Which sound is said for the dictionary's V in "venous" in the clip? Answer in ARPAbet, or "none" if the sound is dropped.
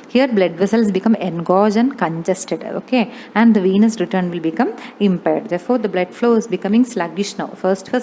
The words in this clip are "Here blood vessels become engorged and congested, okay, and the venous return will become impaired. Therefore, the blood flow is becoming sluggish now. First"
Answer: V